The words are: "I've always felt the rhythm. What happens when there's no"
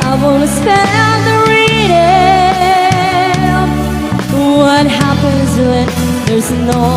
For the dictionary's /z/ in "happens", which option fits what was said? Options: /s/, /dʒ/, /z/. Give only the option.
/z/